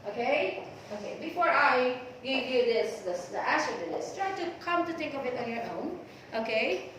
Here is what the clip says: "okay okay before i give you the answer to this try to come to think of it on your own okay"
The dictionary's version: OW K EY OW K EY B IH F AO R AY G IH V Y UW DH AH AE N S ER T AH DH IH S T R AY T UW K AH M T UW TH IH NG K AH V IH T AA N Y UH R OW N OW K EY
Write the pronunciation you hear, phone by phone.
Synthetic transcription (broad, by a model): OW K EY OW K EY B IH F AO R AY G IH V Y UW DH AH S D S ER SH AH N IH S T R AY T UW K AH M T UW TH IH NG K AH B IH T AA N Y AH R OW N OW K EY